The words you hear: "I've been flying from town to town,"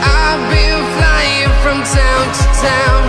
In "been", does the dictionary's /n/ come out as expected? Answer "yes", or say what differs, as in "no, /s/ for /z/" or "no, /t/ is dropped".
no, /l/ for /n/